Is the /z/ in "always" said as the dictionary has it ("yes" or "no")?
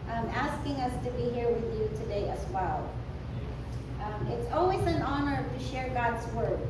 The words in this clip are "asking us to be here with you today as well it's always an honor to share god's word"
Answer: yes